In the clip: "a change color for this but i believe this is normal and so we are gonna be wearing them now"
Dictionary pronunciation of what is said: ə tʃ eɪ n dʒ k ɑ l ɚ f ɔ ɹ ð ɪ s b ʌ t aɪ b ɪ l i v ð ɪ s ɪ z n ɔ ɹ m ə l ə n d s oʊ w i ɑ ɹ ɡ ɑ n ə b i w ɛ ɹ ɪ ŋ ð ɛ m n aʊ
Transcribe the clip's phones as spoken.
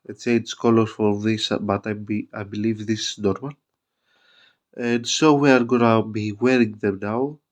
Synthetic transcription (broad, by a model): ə s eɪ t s k ɑ l ɚ f ɔ ɹ ð ɪ s b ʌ t aɪ b ɪ l i v ð ɪ s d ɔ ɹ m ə n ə n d s oʊ w i ɑ ɹ ɡ ɑ n ə b i w ɛ ɹ ɪ ŋ ð ɛ m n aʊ